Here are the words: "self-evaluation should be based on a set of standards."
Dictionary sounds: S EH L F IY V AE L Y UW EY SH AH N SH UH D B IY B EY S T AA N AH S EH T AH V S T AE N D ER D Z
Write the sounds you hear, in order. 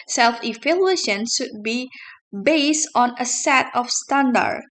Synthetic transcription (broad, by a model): S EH L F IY F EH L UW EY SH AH N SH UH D B IY B EY S T AA N AH S EH T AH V S T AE N D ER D